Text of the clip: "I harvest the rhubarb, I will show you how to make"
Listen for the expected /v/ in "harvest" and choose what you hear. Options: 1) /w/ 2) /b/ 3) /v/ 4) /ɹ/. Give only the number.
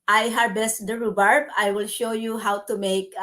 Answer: 2